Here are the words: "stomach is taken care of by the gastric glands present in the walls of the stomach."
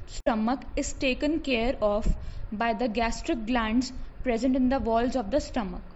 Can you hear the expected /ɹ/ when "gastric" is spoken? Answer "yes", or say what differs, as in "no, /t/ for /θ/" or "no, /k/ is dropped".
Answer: yes